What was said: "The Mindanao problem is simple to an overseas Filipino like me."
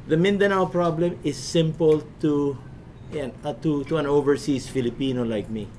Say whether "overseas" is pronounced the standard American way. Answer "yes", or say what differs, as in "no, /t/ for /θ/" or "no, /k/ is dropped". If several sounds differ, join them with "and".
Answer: no, /s/ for /z/